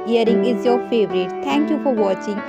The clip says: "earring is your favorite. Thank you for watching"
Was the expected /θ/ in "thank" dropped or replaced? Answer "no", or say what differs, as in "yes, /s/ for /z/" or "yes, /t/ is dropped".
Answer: yes, /t/ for /θ/